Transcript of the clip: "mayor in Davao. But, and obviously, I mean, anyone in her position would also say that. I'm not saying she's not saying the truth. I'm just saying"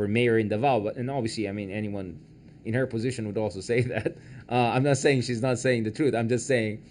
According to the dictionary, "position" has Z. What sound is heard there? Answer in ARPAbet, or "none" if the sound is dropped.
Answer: Z